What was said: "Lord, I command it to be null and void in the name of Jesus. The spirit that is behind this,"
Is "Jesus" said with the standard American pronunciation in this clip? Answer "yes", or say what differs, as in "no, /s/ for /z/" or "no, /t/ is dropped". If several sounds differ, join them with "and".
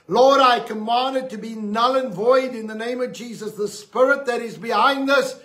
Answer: yes